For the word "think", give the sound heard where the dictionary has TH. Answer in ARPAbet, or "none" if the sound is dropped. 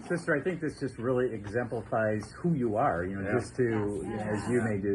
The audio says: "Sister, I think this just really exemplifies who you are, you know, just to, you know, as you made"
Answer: TH